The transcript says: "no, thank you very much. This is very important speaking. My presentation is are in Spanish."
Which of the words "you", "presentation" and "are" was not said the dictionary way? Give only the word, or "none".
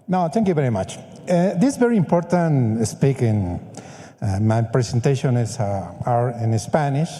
presentation